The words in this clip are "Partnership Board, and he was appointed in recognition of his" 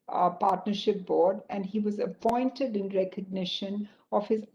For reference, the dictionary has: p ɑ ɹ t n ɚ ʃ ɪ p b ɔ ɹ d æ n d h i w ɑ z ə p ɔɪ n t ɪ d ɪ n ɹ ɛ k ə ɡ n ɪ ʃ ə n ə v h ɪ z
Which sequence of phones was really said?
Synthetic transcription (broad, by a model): p ɑ ɹ t n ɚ ʃ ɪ p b ɔ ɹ d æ n d h i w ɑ z ə p ɔɪ n t ɪ d ɪ n ɹ ɛ k ə ɡ n ɪ ʃ ə n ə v h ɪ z